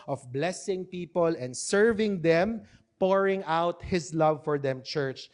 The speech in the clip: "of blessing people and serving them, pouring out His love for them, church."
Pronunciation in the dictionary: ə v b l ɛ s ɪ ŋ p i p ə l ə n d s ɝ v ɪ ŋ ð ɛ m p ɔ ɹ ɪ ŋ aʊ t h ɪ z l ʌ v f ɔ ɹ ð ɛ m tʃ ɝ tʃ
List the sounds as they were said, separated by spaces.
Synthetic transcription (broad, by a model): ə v b l ɛ s ɪ ŋ p i p ə l ə n d s ɝ v ɪ ŋ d ɛ m p ɔ ɹ ɪ ŋ aʊ t h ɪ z l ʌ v f ɔ ɹ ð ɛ m tʃ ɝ tʃ